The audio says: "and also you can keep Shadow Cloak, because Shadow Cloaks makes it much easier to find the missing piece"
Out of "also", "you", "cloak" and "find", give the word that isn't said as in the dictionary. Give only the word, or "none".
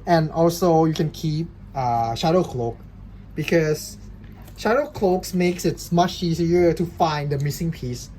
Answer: none